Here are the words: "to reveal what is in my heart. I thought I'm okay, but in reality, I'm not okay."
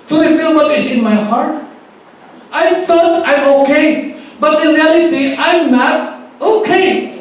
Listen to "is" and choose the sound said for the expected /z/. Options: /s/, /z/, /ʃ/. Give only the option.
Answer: /s/